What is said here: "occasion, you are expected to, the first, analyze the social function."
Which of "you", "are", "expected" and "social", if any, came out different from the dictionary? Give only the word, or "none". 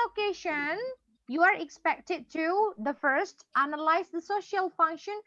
none